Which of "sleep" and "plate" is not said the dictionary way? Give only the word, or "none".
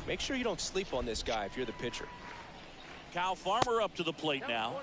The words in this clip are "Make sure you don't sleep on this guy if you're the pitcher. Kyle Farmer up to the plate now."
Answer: none